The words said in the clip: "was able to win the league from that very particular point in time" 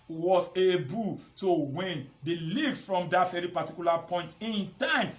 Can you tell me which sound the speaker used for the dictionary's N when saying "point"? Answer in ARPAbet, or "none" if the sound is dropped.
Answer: N